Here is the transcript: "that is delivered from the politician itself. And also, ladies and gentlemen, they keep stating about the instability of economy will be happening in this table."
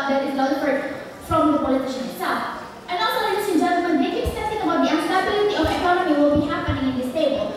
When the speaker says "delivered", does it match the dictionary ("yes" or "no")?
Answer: no